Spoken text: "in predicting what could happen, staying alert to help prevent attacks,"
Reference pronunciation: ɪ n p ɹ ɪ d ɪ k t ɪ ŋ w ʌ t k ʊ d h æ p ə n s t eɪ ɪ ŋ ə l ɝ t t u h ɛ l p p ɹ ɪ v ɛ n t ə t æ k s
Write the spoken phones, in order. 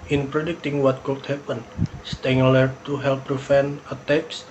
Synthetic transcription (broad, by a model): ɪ n p ɹ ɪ d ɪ k t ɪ ŋ w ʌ t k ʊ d h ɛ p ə n s t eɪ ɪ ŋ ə l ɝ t t u h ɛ l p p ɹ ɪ f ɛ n ə t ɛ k s